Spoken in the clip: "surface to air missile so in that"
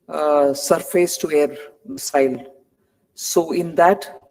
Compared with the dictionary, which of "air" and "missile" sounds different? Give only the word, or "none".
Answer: missile